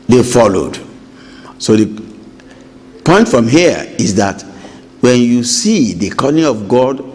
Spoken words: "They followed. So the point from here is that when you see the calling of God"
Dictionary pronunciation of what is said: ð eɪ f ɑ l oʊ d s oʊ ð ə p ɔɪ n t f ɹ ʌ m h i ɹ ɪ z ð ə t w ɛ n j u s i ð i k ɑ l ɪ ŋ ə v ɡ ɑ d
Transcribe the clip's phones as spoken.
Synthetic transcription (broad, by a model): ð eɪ f ɑ l oʊ d s oʊ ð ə p ɔɪ n t f ɹ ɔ m h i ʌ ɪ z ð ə t w ɛ n j u s i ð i k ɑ n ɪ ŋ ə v ɡ ɑ d